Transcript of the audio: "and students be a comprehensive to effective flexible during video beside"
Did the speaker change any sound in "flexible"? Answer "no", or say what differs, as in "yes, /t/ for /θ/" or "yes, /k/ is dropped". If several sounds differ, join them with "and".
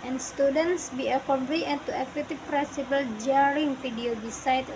yes, /k/ is dropped